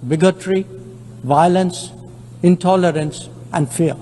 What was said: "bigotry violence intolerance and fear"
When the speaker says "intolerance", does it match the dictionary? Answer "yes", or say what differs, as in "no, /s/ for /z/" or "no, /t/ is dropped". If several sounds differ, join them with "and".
yes